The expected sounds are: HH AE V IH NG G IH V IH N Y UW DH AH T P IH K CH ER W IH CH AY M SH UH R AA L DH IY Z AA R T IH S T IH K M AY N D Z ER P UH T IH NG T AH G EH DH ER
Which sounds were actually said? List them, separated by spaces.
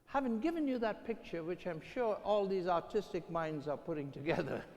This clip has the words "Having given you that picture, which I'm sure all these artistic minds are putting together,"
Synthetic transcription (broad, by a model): HH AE V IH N G IH V IH N Y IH DH AH T P IH K CH ER W IH CH AY M SH UH R AA L DH IY Z AA R T IH S T IH K M AY N D Z ER P UH T IH NG T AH G EH DH ER